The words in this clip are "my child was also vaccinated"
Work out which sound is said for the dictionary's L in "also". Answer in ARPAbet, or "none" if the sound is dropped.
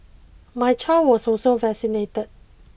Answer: none